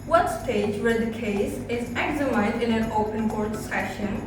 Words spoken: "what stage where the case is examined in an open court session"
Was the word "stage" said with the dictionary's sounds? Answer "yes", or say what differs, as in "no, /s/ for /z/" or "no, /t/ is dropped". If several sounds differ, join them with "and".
yes